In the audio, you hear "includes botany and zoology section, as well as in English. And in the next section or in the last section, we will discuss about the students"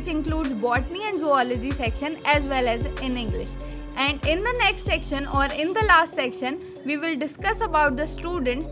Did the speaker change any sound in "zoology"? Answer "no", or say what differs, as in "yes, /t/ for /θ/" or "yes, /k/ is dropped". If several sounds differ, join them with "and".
no